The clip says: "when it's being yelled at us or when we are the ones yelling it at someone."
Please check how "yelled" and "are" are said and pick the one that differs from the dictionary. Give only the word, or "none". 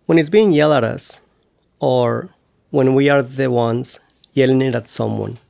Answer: yelled